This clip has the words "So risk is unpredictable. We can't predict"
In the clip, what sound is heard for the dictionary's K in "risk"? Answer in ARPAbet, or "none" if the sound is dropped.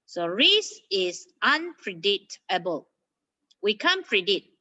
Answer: none